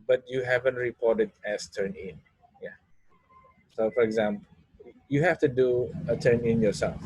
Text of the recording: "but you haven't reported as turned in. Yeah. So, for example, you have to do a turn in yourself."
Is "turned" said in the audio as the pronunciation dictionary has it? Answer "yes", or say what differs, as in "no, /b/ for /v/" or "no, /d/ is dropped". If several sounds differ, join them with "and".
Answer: no, /d/ is dropped